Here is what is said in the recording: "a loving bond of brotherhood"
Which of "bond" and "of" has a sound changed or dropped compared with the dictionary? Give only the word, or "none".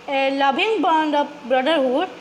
of